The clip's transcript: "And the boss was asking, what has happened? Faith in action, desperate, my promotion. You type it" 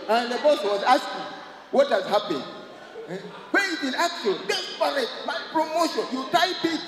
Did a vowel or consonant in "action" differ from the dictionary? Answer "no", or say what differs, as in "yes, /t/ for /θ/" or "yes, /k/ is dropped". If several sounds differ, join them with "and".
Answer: yes, /l/ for /n/